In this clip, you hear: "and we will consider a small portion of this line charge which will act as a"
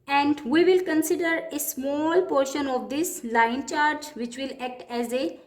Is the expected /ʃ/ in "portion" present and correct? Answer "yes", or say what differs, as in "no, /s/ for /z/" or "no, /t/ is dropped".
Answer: yes